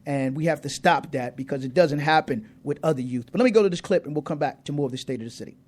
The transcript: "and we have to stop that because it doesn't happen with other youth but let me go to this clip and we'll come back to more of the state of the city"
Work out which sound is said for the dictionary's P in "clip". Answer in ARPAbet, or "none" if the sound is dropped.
P